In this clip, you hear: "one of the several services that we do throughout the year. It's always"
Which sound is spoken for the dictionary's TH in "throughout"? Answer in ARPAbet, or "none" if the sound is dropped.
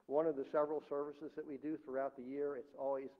TH